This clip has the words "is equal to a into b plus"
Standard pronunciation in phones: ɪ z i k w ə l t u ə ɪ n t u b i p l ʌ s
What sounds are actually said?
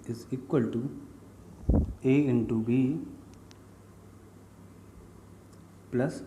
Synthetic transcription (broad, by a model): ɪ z i k w ə l t u ə ɪ n t u b i p l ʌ s